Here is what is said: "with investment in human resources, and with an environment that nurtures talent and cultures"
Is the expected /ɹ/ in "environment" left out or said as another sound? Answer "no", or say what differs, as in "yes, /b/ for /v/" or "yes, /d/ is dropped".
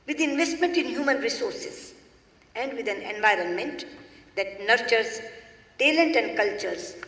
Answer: no